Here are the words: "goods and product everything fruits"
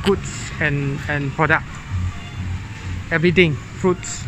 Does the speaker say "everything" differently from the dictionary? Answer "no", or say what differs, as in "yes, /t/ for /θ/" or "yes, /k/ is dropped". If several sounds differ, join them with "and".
yes, /t/ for /θ/